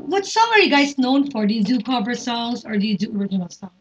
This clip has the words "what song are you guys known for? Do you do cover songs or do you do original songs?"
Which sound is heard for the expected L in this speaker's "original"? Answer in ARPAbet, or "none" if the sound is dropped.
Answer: L